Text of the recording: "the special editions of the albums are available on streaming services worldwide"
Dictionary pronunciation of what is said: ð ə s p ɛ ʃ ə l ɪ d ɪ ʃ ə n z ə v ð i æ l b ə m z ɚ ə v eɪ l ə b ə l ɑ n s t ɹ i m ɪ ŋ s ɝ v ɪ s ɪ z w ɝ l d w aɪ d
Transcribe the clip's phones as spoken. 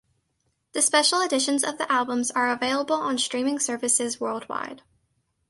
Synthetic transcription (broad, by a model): ð ə s p ɛ ʃ l ɪ d ɪ ʃ ə n z ə v ð i æ l b ə m z ɚ ə v eɪ l ə b ə l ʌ n s t ɹ i m ɪ ŋ s ɝ v ɪ s ɪ z w ɝ l d w aɪ d